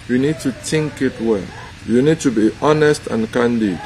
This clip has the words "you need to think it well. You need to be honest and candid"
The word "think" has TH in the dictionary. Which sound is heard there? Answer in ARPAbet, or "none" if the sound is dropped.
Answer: T